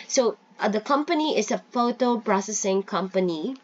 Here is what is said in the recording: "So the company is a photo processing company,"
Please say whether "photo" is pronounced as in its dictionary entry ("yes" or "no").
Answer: yes